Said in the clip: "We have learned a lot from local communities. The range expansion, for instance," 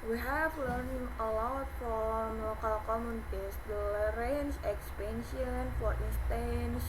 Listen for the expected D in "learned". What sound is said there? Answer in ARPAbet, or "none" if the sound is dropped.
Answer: none